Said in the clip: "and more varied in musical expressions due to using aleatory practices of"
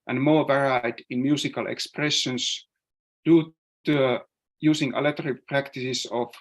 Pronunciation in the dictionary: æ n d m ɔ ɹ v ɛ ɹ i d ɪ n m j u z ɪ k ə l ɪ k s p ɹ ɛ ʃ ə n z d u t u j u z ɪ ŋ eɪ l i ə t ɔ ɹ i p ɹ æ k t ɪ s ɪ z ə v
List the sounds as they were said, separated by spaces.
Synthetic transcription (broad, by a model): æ n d m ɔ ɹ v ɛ ɹ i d ɪ n m j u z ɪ k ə l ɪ k s p ɹ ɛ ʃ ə n s d u t u j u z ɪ ŋ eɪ l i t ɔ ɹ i p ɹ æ k t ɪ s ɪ s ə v